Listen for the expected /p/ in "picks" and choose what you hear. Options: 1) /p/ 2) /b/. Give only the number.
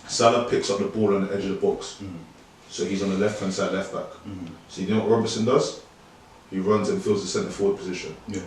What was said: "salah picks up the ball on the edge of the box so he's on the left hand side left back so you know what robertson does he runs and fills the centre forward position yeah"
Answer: 1